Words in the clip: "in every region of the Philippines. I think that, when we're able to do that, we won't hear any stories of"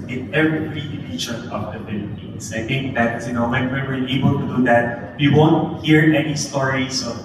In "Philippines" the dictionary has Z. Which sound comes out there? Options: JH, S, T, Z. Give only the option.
S